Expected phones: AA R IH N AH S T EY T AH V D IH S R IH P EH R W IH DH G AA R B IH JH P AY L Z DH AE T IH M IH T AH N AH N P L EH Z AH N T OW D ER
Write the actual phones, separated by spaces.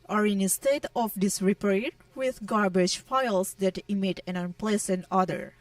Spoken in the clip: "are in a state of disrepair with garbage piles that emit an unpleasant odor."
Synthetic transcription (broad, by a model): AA R IH N AH S T EY T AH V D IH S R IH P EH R W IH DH G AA R B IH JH F AY L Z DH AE T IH M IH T AH N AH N P L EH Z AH N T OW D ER